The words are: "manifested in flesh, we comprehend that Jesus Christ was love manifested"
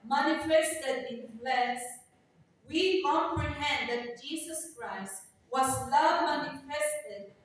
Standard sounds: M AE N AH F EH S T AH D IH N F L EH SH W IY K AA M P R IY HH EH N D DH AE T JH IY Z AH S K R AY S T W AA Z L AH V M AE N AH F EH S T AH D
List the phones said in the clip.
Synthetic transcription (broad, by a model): M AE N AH F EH S T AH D IH N P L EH S W IY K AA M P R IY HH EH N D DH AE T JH IY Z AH S K R AY S T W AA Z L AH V M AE N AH F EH S T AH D